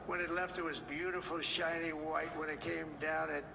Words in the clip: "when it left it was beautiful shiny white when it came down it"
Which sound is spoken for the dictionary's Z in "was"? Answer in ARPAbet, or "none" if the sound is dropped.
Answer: Z